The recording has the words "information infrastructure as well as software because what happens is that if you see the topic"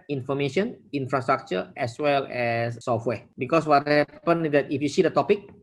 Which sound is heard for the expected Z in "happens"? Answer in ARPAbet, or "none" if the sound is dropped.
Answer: none